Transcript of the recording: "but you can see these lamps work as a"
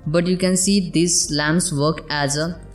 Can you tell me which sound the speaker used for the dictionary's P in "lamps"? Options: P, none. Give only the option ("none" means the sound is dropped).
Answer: none